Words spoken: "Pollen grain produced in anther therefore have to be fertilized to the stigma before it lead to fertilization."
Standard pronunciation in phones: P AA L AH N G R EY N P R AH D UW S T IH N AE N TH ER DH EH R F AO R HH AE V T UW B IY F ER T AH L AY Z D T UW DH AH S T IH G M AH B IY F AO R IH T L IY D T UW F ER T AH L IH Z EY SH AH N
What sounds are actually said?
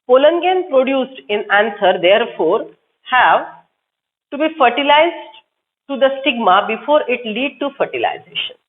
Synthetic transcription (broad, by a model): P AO L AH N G EY N P R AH D UW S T IH N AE N S ER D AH R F AO R HH AE V T UW B IY F ER T AH L AY Z D T UW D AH S T IH G M AH B IY F AO R IH T L IY D T UW F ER T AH L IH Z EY SH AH N